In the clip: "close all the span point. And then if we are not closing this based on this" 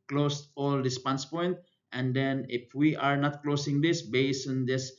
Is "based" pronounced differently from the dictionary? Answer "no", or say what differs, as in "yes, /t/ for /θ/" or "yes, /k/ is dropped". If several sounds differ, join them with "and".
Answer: yes, /t/ is dropped